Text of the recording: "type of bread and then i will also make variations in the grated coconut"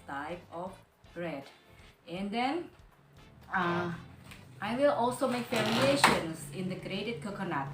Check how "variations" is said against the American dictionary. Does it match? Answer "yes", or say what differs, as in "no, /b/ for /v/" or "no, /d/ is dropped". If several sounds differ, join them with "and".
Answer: no, /f/ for /v/